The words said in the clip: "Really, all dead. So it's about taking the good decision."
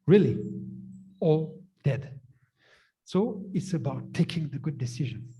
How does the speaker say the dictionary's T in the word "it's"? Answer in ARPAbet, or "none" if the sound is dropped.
T